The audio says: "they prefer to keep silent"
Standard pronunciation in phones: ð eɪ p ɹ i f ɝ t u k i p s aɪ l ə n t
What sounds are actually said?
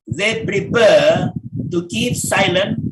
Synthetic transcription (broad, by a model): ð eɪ p ɹ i p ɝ t u k i p s aɪ l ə n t